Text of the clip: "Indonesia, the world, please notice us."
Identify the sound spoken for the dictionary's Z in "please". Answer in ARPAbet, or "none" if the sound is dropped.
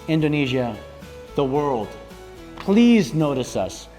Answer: Z